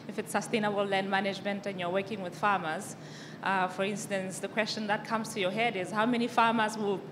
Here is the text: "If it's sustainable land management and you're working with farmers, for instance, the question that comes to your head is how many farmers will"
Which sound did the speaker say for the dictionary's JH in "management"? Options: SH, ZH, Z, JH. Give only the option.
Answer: JH